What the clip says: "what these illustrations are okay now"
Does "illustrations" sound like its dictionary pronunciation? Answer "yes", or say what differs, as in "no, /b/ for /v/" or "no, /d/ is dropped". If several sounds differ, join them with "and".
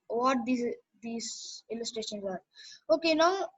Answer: yes